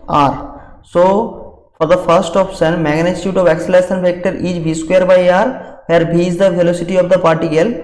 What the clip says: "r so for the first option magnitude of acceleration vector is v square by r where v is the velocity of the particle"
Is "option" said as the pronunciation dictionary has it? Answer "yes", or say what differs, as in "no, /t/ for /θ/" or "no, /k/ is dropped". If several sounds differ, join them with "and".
no, /s/ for /ʃ/